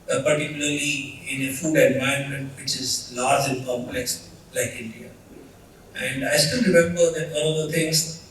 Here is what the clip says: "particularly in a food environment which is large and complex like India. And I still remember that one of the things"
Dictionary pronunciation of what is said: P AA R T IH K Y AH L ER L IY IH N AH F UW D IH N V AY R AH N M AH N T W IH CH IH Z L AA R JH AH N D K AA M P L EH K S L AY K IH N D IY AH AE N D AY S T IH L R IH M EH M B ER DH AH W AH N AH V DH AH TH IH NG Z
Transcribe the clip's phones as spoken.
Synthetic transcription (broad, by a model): P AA R T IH K Y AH L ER L IY IH N AH F UW D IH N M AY AH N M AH N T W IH CH IH Z L AA R JH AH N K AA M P L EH K S L AY K IH N D IY AH AE N D AY S T IH L R IH M EH M B ER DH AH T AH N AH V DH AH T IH NG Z